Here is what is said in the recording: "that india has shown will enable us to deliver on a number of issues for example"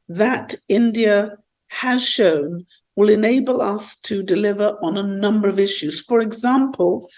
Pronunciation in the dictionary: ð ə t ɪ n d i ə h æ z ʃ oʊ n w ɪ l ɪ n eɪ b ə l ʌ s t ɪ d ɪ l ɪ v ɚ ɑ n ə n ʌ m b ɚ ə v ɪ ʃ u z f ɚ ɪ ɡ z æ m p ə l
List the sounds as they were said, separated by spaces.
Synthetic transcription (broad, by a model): ð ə t ɪ n d i ə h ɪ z ʃ oʊ n w ɪ l ɪ n eɪ b ə l ʌ s t ɪ d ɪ l ɪ v ɚ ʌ n ə n ʌ m b ɚ ə v ɪ ʃ u z f ɚ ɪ ɡ z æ m p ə l